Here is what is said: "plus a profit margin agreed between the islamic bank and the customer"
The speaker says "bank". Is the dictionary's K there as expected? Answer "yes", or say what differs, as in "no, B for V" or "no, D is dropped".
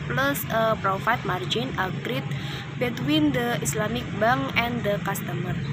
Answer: no, K is dropped